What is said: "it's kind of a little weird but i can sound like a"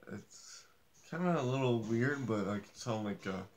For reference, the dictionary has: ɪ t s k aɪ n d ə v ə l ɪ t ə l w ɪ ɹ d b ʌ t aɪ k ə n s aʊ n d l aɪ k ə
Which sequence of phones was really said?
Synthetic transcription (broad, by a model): ɪ t s k aɪ n d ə ə l ɪ t l w ɪ ɹ d b ʌ t aɪ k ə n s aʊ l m l aɪ k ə